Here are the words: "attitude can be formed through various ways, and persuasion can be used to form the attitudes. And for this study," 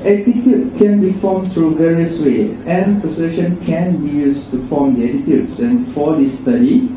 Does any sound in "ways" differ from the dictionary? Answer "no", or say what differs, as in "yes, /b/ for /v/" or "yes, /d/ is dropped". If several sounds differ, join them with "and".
yes, /z/ is dropped